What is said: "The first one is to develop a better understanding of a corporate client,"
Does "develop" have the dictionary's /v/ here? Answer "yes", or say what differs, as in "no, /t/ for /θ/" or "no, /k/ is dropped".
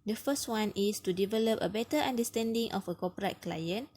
yes